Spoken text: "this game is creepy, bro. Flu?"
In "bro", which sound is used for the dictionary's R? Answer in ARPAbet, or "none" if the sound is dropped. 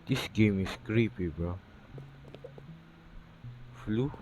none